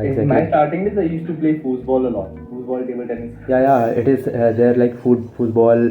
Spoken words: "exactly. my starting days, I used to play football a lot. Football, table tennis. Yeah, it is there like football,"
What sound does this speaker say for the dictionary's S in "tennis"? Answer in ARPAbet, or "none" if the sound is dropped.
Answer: none